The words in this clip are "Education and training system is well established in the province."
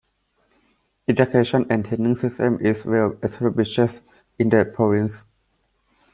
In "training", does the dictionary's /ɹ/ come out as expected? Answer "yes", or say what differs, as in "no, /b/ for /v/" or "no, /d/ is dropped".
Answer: no, /ɹ/ is dropped